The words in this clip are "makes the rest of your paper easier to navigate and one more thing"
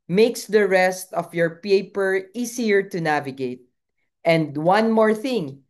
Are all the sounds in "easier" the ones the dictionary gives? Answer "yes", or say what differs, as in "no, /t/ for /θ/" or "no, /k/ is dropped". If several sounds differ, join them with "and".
no, /s/ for /z/